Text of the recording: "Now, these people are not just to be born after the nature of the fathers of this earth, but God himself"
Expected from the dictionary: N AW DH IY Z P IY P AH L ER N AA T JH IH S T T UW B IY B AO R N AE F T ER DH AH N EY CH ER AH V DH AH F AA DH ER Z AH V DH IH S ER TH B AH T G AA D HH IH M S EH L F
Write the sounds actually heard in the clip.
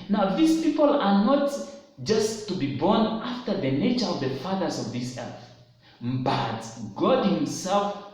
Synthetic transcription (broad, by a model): N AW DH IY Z P IY P AH L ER N AA T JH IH S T T UW B IY B AO R N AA F T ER DH AH N EY CH ER AH V DH AH F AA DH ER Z AH V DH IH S ER TH B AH T G AA D HH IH M S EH L F